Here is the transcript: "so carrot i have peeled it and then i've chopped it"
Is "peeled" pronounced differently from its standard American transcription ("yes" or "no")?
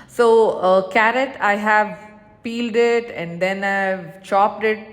no